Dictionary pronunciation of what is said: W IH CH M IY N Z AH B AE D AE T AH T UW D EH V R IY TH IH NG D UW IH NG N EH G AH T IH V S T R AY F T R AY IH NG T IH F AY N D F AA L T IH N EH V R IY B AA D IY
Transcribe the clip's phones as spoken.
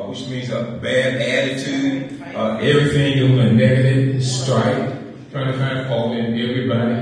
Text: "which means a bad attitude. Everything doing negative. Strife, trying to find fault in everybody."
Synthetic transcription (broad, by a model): W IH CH M IY N Z AH B AE D AE T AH T UW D EH V R IY TH IH NG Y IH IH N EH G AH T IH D S T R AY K T R AY IH NG T IH F AY N D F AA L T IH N EH V R IY B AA D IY